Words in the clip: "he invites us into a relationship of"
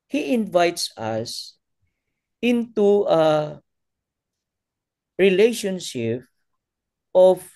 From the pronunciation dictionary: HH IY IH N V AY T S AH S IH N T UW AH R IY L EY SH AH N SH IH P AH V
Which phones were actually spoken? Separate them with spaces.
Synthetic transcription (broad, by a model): HH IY IH N V AY T S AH S IH N T UW AH R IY L EY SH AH N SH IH P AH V